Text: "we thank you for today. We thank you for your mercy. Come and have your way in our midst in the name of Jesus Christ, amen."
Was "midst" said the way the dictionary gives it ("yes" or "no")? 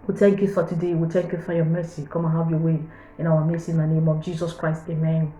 no